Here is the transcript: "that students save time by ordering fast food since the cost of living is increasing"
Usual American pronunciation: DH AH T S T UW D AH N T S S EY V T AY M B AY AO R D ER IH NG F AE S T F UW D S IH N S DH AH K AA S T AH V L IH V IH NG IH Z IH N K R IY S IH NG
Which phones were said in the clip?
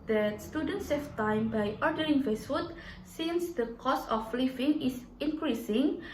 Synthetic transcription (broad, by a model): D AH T S T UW D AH N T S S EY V T AY M B AY AO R D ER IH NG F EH S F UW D S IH N S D AH K AA S AH F L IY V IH NG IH S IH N K R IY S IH NG